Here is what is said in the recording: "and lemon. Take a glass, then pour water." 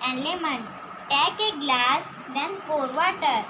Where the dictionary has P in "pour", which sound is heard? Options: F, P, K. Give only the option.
F